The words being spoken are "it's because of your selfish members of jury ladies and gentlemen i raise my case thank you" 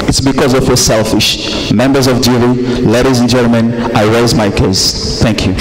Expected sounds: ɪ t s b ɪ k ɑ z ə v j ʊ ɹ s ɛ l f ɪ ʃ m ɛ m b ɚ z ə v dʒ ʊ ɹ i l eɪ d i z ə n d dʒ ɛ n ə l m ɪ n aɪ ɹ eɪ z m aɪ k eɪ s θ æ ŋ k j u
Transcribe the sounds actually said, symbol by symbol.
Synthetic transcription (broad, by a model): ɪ t s b ɪ k ɑ z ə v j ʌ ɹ s ɛ l f ɪ ʃ m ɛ m b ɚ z ə v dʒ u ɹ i l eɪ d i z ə n dʒ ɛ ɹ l m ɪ n aɪ ɹ eɪ z m aɪ k eɪ s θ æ ŋ k j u